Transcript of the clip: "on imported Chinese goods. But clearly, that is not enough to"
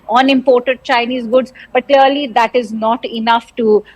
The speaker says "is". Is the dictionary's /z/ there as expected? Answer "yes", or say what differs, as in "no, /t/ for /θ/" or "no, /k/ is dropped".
yes